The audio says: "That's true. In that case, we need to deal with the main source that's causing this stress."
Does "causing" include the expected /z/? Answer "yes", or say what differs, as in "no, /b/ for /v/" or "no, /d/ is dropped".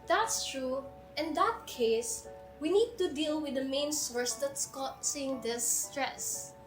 no, /s/ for /z/